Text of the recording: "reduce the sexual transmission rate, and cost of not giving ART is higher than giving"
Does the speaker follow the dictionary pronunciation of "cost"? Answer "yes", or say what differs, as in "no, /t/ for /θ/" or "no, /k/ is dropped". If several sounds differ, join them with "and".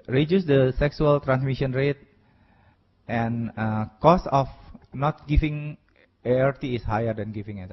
no, /t/ is dropped